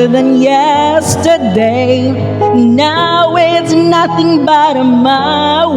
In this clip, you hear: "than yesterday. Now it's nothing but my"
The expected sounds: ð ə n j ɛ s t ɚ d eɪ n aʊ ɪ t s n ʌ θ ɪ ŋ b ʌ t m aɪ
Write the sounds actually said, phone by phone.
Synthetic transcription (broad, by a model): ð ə n j ɛ s t ɚ d eɪ n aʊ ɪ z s n ʌ θ ɪ ŋ b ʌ t m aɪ